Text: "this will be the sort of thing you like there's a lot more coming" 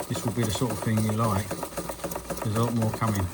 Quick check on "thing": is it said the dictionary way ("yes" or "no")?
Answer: yes